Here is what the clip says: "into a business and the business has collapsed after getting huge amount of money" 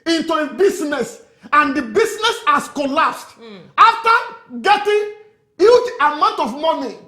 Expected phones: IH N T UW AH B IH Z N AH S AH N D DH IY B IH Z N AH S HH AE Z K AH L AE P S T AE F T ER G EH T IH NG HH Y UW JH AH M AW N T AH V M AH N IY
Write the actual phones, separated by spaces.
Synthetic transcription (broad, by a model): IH N T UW AH B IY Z N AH S AH N D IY B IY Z N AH S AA S K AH L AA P S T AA F T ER G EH T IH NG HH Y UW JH AH M AW N T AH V M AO N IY